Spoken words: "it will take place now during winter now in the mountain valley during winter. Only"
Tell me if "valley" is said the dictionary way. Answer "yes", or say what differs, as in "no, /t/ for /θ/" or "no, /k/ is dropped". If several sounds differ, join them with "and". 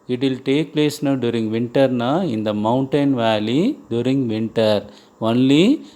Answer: yes